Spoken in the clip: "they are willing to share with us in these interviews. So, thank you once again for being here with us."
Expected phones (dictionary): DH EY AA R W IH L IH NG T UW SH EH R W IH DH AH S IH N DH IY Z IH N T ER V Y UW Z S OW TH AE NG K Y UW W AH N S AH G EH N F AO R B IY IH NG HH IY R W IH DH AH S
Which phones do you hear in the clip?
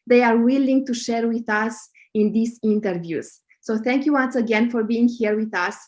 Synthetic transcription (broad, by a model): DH EY AA R W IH L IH NG T UW SH EH R W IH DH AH S IH N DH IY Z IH N T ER V Y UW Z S OW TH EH NG K Y UW W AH N S AH G EH N F AO R B IY IH NG HH IY R W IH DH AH S